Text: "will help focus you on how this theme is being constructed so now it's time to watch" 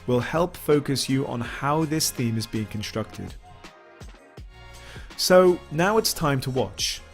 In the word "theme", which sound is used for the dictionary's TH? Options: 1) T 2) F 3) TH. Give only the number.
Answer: 3